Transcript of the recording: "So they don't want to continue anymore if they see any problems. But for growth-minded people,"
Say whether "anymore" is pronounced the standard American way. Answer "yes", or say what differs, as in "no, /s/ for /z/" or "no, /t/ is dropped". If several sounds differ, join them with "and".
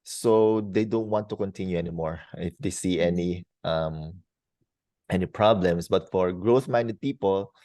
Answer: yes